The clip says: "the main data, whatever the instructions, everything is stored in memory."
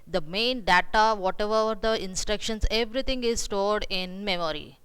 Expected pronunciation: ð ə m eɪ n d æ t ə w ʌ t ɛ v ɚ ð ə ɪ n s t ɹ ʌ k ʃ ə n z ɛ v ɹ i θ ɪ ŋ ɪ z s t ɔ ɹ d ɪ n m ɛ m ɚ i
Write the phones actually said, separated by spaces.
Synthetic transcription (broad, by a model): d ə m eɪ n d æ t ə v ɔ t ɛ v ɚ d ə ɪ n s t ɹ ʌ k ʃ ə n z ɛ v ɹ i t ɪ ŋ ɪ z s t ɔ ɹ d ɪ n m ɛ m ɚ i